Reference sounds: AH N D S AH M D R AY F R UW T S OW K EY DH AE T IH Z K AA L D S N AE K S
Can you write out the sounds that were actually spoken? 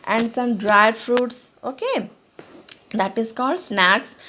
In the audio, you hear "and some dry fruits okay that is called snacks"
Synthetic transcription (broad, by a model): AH N D S AH M D R AY F R UW T S OW K EY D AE T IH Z K AA L D S N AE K S